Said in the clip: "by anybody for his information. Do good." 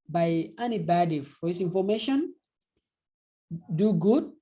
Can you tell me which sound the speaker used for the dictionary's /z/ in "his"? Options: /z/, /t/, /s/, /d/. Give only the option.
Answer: /s/